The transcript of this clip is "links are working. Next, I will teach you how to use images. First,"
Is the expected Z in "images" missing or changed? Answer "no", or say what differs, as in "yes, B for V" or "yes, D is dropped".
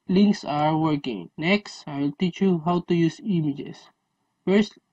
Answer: yes, S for Z